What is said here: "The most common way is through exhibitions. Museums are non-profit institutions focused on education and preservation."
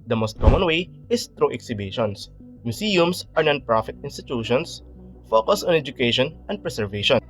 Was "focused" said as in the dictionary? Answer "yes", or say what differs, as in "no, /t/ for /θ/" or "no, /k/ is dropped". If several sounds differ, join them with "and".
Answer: no, /t/ is dropped